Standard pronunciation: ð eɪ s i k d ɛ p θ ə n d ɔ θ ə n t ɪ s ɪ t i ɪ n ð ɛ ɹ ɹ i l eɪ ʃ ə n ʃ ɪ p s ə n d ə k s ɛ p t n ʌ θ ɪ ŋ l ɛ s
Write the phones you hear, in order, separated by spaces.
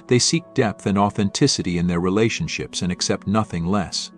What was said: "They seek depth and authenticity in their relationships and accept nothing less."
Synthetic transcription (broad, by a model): ð eɪ s i k d ɛ p θ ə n ɔ θ ə n t ɪ s ɪ t i ɪ n ð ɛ ɹ ɹ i l eɪ ʃ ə n ʃ ɪ p s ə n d ə k s ɛ p t n ʌ θ ɪ ŋ l ɛ s